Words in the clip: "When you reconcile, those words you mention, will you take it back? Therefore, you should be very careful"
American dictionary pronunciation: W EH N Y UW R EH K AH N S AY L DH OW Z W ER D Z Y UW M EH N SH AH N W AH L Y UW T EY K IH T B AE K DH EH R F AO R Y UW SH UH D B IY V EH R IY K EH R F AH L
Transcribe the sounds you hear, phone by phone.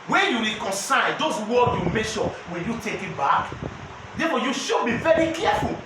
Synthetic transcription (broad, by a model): W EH N Y UW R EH K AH N S AY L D OW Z W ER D Y UW M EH SH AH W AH Y UW T EY K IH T B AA K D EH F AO Y UW SH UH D B IY V EH R IY K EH F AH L